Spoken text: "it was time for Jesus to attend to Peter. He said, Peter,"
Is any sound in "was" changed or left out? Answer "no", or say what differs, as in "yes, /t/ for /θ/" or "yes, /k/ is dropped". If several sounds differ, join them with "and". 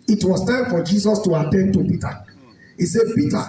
yes, /s/ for /z/